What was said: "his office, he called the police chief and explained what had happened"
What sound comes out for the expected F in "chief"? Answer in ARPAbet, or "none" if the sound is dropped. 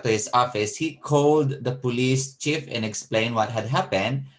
F